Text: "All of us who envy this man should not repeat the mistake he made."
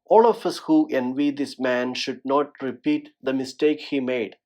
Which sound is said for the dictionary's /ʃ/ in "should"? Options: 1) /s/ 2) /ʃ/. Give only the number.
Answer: 2